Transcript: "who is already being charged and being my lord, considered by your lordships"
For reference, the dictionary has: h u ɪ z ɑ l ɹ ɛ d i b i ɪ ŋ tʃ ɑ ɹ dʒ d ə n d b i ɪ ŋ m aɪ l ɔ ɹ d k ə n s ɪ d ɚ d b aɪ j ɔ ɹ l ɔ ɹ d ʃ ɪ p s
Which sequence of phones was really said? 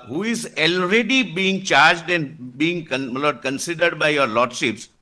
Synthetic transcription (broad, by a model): h u ɪ z ɑ l ɹ ɛ d i b i ɪ ŋ tʃ ɑ ɹ dʒ d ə n b i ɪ ŋ m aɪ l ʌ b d k ə n s ɪ d ɚ d b aɪ j ɔ ɹ l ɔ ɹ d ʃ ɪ p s